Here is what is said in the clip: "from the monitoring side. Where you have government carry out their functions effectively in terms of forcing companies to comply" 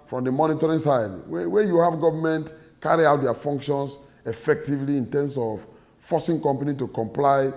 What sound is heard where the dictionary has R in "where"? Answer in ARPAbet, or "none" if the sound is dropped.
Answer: W